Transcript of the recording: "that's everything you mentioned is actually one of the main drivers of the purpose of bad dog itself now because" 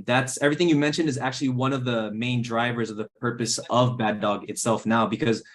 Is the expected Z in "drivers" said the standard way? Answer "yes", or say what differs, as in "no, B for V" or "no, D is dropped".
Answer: yes